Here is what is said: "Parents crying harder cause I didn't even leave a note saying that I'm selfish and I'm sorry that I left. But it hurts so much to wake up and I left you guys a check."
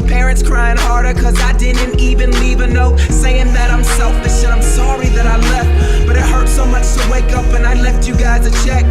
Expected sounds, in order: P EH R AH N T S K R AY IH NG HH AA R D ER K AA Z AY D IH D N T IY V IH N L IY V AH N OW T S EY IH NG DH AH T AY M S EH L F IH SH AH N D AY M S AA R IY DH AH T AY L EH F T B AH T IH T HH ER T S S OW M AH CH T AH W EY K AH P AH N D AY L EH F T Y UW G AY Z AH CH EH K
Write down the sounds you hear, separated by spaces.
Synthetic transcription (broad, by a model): P EH R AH N T S K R AY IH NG HH AA R D ER K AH Z AY D IH D N T IY V IH N L IY V AH N OW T S EY IH NG DH AH T AY M S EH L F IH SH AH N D AY M S AA R IY DH AH T AY L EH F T B AH T IH T HH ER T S S OW M AH CH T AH W EY K AH P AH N AY L EH F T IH G AY Z AH CH EH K